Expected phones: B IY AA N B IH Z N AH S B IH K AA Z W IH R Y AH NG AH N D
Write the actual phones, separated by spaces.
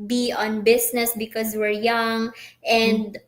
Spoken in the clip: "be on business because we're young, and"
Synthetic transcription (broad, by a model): B IY AA N B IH S N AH S B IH K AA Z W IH R Y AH NG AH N D